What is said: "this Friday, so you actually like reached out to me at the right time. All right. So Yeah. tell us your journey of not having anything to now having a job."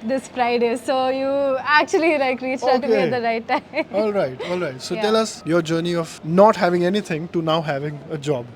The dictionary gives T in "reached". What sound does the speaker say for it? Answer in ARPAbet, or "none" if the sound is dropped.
none